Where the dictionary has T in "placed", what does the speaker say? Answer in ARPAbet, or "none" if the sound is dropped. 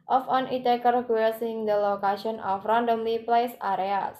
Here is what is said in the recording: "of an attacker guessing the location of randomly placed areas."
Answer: none